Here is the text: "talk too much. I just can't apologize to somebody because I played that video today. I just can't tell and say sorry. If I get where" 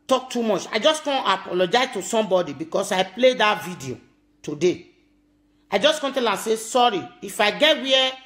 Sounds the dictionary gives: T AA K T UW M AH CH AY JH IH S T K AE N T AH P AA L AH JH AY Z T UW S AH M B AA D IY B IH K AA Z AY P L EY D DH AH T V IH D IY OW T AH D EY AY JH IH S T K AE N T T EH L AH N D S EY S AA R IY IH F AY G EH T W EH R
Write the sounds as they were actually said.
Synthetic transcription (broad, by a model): T AA K T UW M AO CH AY JH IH S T K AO N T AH P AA L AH JH AY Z T UW S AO M B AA D IY B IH K AA S AY P L EY D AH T V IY D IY OW T AH D EY AY JH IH S K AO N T T EH L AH S EY S AA R IY IH F AY G EH T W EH